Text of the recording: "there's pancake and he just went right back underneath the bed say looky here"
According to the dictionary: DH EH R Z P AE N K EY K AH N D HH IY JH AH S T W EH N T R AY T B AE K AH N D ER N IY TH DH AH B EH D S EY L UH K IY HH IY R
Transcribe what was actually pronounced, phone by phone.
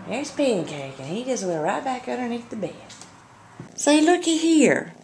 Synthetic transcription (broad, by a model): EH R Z P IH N K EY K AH N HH IY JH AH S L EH T R AY T B AE K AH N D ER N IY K DH AH B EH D S EY L UH K IY HH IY R